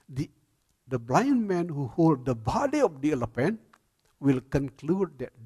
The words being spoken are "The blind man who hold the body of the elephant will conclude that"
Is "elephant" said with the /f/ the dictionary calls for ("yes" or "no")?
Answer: no